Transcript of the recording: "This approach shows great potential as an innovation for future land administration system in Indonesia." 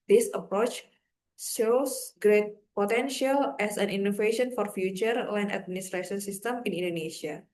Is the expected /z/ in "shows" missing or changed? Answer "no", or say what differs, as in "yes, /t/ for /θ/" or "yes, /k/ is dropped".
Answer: yes, /s/ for /z/